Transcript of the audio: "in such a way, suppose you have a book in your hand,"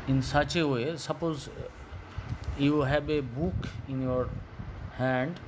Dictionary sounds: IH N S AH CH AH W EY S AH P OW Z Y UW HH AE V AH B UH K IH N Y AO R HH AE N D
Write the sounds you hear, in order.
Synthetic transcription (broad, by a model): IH N S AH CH AH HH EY S AH P OW Z Y UW HH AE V AH B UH K IH N Y AO R HH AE N D